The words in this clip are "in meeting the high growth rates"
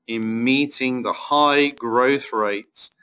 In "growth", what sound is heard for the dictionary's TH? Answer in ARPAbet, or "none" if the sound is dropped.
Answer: TH